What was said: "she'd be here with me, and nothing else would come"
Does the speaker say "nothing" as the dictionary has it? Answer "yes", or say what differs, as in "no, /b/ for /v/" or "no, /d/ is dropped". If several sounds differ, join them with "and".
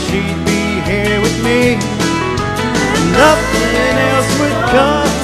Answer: no, /f/ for /θ/